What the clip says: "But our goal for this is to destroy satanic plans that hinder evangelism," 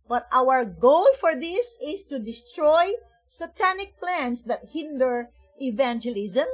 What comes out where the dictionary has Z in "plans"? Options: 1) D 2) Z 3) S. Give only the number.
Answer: 3